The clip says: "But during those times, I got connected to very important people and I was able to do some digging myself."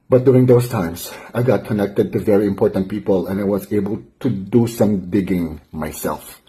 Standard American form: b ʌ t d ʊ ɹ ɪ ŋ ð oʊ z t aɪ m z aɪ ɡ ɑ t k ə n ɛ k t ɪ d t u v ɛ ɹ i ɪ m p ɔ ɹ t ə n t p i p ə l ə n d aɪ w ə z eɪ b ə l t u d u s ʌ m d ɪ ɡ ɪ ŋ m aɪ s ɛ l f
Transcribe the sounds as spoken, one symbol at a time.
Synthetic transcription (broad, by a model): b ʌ t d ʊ ɹ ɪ ŋ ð oʊ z t aɪ m s aɪ ɡ ɑ t k ə n ɛ k t ɪ d t u v ɛ ɹ i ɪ m p ɔ ɹ t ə n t p i p ə l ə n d aɪ w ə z eɪ b ə l t u d u s ʌ m d ɪ ɡ ɪ ŋ m aɪ s ɛ l f